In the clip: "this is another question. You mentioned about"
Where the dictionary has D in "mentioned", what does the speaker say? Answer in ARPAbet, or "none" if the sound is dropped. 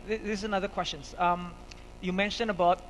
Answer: none